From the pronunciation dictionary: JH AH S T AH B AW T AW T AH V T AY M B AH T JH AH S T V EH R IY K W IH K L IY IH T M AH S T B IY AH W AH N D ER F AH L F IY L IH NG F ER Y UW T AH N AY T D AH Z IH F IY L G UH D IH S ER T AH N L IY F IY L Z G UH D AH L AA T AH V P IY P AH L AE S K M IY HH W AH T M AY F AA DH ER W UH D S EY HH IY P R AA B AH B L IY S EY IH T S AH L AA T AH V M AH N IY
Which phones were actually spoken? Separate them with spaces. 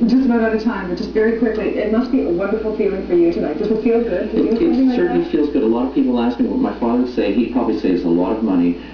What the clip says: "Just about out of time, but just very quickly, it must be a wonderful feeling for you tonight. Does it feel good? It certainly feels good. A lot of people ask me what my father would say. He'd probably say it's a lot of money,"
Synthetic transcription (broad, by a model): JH AH S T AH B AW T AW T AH T AY M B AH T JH AH S T V EH R IY K W IH K L IY IH T M AH S T B IY AH W AH N D ER F L F IY L IH NG F ER Y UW T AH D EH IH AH S IH F IY L G UH D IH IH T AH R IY F IY L Z G UH D AH L AA T AH V P IY P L AE S K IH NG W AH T M AY F AA DH ER S EY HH IY P R AA B AH B L IY S EY IH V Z AH L AA T AH V M AH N IY